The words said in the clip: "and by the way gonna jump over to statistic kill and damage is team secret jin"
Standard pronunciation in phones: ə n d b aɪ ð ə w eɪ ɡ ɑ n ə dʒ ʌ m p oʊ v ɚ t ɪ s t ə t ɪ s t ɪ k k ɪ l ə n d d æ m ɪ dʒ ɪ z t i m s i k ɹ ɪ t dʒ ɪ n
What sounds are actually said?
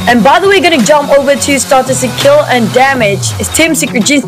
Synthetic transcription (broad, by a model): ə n b aɪ ð ə w eɪ ɡ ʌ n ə dʒ ʌ m p oʊ v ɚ t ɪ s t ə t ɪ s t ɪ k k ɪ l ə n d d æ m ɪ dʒ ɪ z t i m s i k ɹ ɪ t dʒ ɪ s